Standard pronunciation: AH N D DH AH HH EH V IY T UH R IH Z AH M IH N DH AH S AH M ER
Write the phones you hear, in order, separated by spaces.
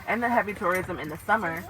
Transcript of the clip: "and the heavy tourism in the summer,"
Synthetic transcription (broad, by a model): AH N DH AH HH EH V IY T UH R IH Z AH M IH N DH AH S AH M ER